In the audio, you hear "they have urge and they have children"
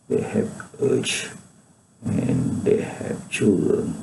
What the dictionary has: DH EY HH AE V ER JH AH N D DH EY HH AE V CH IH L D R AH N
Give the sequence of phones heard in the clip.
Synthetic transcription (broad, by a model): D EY HH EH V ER CH AH N D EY HH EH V CH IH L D R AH N